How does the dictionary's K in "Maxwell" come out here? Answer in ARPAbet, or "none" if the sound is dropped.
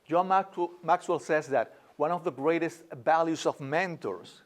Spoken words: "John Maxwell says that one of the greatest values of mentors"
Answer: K